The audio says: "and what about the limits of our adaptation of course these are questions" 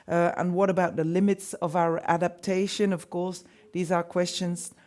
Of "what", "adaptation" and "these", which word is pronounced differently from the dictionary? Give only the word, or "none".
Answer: none